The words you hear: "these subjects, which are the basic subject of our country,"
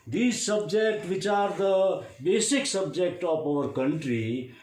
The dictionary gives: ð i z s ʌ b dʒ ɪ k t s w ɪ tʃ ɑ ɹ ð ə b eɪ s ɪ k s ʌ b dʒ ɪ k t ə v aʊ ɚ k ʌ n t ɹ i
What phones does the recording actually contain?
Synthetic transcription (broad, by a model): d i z s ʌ b dʒ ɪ k t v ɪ tʃ ɑ ɹ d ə b eɪ s ɪ k s ʌ b dʒ ɪ k t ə p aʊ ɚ k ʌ n t ɹ i